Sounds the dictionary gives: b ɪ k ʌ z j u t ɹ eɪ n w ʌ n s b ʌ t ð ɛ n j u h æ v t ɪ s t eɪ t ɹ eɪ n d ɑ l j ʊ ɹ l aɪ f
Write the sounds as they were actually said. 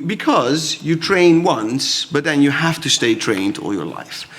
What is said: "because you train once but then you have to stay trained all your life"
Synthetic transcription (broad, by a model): b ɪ k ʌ z j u t ɹ eɪ n w ʌ n s b ʌ t ð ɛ n j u h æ f t ɪ s t eɪ t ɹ eɪ n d ɑ l j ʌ ɹ l aɪ f